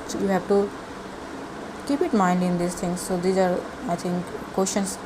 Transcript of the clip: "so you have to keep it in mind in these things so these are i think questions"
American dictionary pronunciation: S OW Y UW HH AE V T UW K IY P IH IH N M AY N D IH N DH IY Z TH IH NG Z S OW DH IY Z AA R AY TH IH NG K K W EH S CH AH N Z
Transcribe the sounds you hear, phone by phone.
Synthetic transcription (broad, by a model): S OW Y UW HH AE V T UW K IY P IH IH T M AY N D IH N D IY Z T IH NG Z S OW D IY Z AA R AY T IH NG K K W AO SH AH N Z